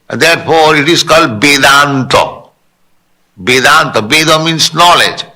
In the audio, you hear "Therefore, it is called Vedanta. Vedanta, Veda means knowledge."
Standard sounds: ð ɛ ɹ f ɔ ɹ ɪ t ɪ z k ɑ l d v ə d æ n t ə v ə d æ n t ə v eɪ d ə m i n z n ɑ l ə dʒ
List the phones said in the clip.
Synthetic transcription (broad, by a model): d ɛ ɹ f ɔ ɹ ɪ t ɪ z k ɑ l d b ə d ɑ n t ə b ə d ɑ n t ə b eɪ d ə m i n s n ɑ l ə dʒ